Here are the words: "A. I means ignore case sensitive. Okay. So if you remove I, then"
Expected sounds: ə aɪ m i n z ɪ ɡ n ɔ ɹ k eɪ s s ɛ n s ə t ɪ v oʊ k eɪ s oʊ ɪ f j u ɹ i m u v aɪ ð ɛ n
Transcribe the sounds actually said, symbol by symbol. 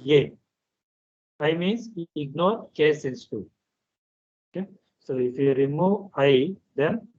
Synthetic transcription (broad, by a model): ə aɪ m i n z ɪ ɡ n ɔ ɹ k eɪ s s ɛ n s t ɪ oʊ k eɪ s oʊ ɪ f j u ɹ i m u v aɪ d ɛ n